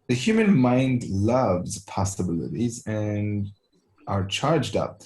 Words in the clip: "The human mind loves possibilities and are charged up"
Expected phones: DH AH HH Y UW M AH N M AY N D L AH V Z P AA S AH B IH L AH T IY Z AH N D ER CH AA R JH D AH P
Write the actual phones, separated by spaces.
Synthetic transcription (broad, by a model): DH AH HH Y UW M AH N M AY N D L AH V Z P AA S AH B IH L AH T IY Z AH N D ER CH AA R JH D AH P